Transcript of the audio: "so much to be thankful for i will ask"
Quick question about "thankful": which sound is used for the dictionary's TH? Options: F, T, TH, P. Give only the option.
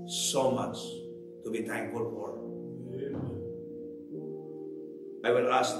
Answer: T